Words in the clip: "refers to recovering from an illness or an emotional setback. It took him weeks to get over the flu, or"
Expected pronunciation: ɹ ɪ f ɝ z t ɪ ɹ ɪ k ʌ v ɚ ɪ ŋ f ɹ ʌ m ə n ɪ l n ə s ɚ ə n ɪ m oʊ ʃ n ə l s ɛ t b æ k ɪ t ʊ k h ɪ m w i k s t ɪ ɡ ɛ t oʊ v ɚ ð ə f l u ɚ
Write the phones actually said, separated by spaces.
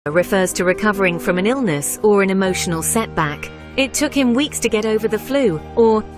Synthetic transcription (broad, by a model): ɹ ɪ f ɝ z t ɪ ɹ ɪ k ʌ v ɚ ɪ ŋ f ɹ ʌ m ə n ɪ l n ə s ɚ ə n ɪ m oʊ ʃ n ə l s ɛ t b æ k ɪ t ʊ k h ɪ m w i k s t ɪ ɡ ɛ t oʊ v ɚ ð ə f l u ɚ